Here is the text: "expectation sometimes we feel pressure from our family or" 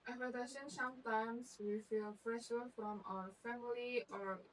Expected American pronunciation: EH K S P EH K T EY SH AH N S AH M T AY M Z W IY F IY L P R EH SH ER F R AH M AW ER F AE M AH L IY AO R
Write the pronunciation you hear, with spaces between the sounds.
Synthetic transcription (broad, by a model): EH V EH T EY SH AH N S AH M T AY M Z W IY F IY L F R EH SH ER F R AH M AW ER F AE M AH L IY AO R